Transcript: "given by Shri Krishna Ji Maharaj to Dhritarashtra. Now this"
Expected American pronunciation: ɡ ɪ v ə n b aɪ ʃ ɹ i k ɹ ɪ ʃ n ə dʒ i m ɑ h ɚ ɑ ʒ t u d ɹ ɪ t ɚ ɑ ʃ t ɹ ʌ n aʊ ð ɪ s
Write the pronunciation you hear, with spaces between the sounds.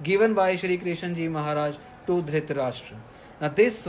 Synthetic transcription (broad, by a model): ɡ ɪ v ə n b aɪ ʃ ɹ i k ɹ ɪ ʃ n dʒ i m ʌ h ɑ ɑ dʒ t u d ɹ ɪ t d ɑ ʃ t ɹ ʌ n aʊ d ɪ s